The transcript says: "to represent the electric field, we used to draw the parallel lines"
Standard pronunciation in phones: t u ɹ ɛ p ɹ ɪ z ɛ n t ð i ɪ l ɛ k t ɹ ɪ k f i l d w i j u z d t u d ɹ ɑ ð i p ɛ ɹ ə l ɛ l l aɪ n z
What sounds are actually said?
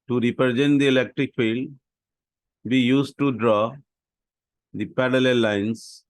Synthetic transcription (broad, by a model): t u ɹ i p ɹ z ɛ n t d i ɪ l ɛ k t ɹ ɪ k f i l d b i j u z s t u d ɹ ɑ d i p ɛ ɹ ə l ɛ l l aɪ n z